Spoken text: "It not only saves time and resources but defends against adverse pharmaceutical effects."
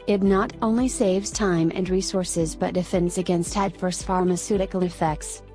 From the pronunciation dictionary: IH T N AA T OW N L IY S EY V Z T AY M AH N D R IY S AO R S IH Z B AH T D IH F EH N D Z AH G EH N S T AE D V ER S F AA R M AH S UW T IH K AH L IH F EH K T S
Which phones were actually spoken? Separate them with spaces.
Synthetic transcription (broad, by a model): IH T N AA T OW N L IY S EY V Z T AY M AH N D R IY S AO R S IH Z B AH T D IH F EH N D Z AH G EH N S T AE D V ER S F AA R M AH S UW T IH K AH N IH F EH K T S